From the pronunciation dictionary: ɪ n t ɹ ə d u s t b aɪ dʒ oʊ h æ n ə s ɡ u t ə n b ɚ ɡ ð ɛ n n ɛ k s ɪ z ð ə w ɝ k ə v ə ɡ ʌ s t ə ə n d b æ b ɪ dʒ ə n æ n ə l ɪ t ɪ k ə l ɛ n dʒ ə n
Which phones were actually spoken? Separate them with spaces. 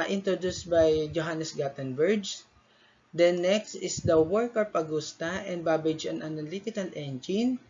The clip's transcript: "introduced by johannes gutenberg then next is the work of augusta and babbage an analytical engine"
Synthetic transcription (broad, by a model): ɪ n t ɹ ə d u s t b aɪ dʒ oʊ h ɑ n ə s ɡ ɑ t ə n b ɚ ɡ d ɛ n n ɛ k s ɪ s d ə w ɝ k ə p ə ɡ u s t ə ə n d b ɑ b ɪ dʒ ə n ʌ n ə l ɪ t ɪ k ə l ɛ n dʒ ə n